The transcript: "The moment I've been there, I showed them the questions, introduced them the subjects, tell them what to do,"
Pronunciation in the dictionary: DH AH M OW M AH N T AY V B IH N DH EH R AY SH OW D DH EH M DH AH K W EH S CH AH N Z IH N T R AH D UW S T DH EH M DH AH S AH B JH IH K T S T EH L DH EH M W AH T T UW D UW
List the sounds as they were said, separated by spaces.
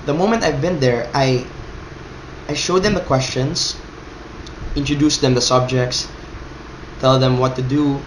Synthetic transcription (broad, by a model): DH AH M OW M AH N T AY V B IH N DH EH R AY SH OW D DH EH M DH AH K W EH S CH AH N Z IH N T R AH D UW S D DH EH M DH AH S AH B JH IH K T S T EH L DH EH M W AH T T UW D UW